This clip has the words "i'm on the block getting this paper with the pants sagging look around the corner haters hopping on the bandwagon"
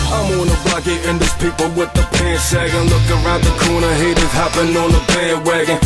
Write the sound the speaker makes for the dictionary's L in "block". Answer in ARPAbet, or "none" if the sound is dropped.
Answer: none